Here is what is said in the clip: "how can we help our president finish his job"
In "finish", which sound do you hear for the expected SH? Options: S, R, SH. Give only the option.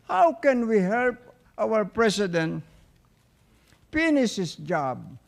S